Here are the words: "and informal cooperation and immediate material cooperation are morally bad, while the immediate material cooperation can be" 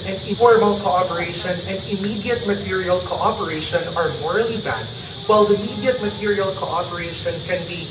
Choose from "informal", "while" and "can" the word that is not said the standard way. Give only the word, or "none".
informal